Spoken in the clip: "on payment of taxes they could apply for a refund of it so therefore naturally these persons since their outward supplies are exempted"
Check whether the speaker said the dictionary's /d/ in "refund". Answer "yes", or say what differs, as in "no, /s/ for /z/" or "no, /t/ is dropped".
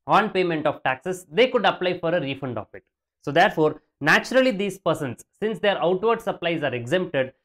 yes